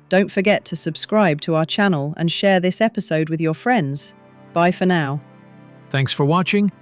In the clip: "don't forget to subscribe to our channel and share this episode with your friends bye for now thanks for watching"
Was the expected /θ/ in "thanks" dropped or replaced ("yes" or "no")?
no